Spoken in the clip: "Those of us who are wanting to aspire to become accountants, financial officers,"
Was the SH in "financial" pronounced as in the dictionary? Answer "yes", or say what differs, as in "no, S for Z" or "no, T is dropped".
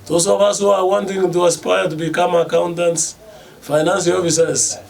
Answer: no, S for SH